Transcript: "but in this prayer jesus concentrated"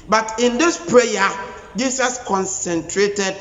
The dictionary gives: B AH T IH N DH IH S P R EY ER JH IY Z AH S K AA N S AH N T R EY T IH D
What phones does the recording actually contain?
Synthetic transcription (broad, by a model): B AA T IH N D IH S P R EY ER JH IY S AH S K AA N S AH N T R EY T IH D